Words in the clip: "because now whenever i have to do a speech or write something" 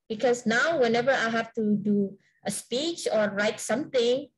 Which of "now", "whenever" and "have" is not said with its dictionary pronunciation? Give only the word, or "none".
have